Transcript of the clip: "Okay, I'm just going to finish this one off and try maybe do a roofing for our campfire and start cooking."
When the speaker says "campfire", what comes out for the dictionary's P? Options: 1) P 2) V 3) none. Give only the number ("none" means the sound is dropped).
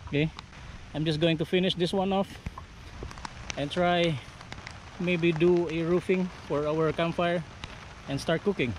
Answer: 3